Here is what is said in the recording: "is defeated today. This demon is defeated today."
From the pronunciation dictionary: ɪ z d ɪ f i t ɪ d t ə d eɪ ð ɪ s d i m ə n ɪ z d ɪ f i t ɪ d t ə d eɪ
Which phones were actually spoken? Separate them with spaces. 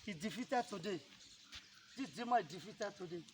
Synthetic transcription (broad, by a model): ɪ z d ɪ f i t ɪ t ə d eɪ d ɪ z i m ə ɪ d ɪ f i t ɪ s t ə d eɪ